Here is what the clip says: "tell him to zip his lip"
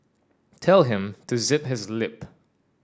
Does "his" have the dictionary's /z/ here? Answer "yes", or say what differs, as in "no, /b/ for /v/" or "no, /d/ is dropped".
yes